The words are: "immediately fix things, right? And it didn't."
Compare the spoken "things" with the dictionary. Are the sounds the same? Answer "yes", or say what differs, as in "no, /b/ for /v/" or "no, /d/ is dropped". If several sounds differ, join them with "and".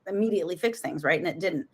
yes